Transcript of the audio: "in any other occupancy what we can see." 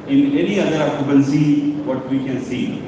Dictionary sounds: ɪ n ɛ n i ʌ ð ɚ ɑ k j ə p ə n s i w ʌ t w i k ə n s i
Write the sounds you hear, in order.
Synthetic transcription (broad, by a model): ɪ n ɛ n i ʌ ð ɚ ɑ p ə b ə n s i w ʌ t w i k ə n s i